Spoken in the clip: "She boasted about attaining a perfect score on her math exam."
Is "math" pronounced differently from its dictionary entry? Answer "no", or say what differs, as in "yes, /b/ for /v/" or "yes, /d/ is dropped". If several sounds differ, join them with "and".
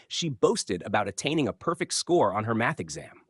no